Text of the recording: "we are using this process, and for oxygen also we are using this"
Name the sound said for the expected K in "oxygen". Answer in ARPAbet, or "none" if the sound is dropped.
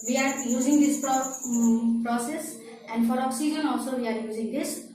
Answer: none